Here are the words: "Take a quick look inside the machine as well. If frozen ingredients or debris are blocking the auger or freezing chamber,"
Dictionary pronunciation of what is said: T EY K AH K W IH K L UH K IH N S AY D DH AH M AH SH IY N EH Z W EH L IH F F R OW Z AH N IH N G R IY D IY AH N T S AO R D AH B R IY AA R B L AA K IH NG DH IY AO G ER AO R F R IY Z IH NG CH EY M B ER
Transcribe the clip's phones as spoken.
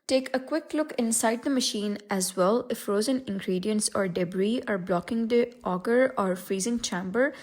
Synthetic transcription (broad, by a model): T EY K AH K W IH K L UH K IH N S AY D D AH M AH SH IY N EH Z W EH L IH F F R OW Z AH N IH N G R IY D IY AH N T S AO R D AH B R IY AA R B L AA K IH NG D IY AO G ER AO R F R IY Z IH NG CH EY M B ER